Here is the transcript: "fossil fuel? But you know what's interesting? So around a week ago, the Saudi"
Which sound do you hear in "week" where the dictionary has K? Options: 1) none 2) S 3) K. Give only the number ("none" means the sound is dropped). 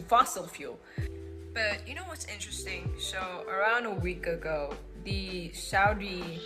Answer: 3